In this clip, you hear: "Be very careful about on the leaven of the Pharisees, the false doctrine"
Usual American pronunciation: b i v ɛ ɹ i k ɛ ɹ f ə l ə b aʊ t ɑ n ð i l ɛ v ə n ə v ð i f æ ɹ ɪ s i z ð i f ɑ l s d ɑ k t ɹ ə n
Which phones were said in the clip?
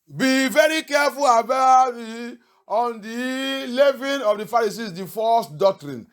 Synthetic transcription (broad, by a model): b i v ɛ ɹ i k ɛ f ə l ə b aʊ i ɑ n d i l ɛ v ə n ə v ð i f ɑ ɹ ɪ s i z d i f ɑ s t d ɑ k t ɹ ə n